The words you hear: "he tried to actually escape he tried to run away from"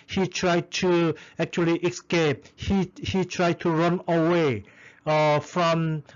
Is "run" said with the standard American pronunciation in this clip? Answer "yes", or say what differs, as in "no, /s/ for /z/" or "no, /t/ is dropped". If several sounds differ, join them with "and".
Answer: yes